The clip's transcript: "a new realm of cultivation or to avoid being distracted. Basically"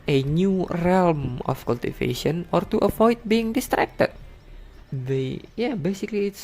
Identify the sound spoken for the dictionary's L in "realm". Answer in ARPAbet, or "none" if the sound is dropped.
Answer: L